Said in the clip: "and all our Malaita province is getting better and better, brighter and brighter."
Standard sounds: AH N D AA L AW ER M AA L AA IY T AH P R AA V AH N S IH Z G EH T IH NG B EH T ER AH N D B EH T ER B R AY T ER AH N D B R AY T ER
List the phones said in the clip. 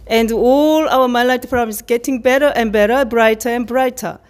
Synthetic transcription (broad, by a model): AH N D AA L AW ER M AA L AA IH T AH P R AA B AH S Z G EH T IH NG B EH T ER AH N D B EH T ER B R AY T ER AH N B R AY T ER